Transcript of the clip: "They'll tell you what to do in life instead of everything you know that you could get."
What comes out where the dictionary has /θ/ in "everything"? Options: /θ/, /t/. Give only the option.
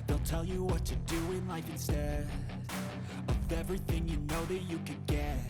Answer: /θ/